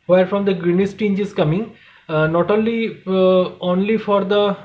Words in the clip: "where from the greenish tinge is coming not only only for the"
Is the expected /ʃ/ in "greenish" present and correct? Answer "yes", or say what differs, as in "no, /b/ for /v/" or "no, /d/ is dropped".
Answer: no, /s/ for /ʃ/